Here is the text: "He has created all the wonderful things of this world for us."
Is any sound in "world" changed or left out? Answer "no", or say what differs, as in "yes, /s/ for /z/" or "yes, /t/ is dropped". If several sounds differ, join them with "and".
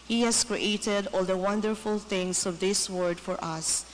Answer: yes, /l/ is dropped